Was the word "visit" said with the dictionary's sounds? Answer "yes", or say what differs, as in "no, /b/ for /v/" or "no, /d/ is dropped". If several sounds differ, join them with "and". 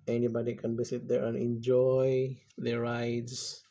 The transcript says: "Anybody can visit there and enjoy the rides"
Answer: no, /s/ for /z/